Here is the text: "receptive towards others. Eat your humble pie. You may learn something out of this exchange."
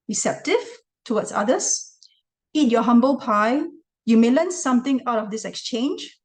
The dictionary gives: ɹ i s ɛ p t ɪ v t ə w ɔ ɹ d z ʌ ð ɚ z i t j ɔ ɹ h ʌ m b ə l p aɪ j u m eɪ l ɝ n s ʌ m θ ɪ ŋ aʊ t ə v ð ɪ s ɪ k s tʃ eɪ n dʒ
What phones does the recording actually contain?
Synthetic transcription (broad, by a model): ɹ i s ɛ p t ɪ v t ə w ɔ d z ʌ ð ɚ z i t j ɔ h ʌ m b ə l p aɪ j u m eɪ l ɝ n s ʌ m t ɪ ŋ aʊ t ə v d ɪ s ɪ k s tʃ eɪ n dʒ